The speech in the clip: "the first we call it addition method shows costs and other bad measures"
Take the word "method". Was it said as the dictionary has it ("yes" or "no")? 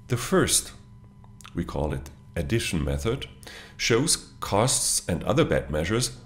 yes